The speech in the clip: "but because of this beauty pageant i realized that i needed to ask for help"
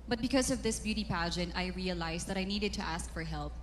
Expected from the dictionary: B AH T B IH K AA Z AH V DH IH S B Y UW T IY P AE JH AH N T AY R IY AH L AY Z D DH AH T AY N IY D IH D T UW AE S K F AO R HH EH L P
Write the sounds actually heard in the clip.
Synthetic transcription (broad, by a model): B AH T B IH K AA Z AH V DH IH S B Y UW T IY P AE JH AH N T AY R IY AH L AY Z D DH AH T AY N IY D IH D T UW AE S K F AO R HH EH L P